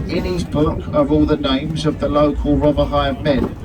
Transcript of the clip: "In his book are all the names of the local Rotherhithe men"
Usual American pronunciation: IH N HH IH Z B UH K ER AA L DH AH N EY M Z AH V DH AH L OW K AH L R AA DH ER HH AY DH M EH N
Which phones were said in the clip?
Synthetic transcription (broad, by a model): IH N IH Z B UH K ER AA L DH AH N EY M Z AH V DH AH L OW K AH L R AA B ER HH AY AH M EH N